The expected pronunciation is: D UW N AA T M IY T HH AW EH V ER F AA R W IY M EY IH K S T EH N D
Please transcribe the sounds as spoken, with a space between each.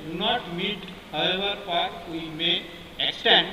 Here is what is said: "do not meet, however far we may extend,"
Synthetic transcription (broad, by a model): D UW N AA T M IY T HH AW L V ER P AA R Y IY M EY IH K S T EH N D